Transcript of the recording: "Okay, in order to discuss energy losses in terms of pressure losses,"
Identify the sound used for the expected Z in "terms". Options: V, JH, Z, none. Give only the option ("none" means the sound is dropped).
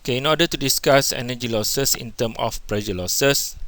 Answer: none